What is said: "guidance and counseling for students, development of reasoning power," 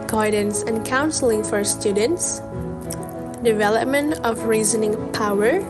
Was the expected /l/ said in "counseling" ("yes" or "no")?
yes